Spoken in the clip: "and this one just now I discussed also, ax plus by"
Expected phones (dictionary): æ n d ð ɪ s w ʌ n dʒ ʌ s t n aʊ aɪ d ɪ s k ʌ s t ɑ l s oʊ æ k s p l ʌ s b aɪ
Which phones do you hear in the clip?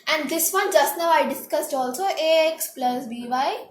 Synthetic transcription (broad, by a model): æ n d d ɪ s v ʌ n dʒ ʌ s t n aʊ aɪ d ɪ s k ʌ s t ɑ l s oʊ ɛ k s p l ʌ s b aɪ